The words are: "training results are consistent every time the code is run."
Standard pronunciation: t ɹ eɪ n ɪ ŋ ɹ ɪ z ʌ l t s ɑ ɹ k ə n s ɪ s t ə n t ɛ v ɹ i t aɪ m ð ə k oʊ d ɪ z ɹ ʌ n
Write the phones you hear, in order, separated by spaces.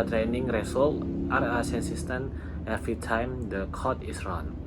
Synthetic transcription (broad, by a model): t ɹ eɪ n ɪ ŋ ɹ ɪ s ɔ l t ɑ ɹ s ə n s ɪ s t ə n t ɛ f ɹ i t aɪ m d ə k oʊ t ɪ s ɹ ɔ n